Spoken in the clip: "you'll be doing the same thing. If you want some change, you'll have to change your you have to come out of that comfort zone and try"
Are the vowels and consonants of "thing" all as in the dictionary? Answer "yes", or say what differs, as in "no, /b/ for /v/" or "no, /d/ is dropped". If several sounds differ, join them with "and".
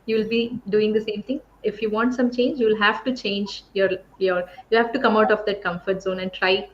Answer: no, /t/ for /θ/